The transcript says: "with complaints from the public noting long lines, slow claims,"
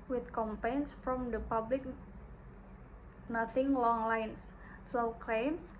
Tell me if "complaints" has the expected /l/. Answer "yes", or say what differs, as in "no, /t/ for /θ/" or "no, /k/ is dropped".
no, /l/ is dropped